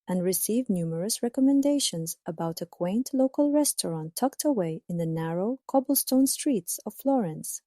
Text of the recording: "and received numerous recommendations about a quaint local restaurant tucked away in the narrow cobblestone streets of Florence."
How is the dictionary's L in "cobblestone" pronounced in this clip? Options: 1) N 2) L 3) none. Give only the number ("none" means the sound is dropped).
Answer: 2